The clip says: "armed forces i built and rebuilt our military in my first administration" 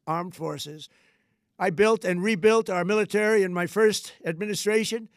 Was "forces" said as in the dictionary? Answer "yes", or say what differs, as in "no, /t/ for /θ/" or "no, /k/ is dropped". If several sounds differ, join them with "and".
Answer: yes